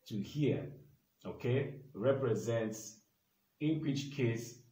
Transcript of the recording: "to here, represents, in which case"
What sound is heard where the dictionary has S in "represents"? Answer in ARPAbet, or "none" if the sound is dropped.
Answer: S